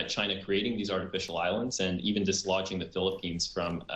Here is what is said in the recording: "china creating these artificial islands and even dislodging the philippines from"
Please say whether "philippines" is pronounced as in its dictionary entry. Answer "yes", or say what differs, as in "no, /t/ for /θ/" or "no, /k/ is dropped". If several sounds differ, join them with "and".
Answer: yes